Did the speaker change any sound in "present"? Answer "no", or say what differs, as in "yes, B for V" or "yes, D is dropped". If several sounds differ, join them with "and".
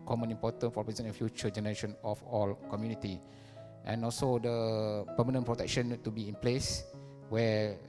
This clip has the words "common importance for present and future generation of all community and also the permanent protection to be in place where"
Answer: yes, T is dropped